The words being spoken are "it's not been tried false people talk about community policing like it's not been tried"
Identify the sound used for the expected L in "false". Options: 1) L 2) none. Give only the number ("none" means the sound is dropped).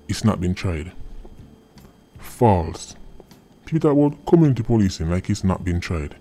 1